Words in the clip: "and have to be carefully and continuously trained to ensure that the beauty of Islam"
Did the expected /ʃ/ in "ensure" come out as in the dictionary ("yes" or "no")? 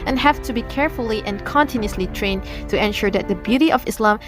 yes